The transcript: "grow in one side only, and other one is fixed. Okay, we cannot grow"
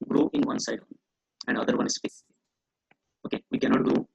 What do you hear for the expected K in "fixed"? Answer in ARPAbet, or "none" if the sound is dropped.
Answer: none